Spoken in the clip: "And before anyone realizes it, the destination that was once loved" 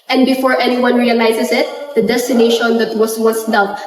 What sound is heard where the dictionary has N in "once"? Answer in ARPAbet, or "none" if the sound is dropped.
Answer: none